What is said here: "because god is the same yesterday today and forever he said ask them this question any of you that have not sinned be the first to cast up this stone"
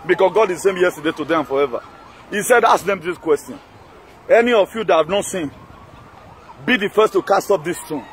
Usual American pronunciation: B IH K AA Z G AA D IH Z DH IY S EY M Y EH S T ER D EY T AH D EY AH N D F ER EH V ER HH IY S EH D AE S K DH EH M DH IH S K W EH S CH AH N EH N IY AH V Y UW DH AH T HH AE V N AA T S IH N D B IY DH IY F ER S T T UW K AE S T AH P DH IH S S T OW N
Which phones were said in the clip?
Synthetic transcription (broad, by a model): B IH K AA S G AA D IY S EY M Y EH S T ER D EY T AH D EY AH N F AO EH V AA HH IY S EH D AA S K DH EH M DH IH S K W EH S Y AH N EH N IY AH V Y UW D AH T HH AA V N AA T S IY N B IY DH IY F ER S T T UW K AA S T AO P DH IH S S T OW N